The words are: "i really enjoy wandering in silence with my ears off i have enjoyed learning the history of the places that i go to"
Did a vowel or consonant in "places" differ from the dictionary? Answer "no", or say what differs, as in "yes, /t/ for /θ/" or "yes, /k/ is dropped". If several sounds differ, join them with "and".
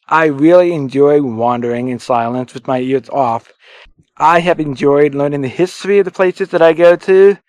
no